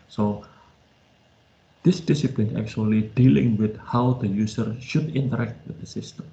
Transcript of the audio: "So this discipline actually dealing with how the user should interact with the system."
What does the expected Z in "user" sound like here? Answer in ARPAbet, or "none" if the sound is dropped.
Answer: S